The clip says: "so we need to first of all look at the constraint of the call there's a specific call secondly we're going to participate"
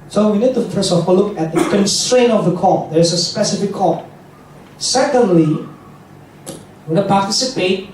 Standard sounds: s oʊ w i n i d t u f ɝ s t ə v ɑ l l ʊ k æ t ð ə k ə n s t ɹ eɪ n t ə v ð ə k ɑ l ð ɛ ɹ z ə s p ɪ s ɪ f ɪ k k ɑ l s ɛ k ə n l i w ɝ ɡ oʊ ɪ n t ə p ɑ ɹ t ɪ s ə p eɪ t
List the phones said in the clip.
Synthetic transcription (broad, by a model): s oʊ w i n i d t u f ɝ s ə f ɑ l l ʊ k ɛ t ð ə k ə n s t ɹ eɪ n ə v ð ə k ɑ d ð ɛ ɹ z ə s p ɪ s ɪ f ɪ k k ɑ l s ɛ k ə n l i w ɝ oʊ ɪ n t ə p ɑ t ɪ s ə p eɪ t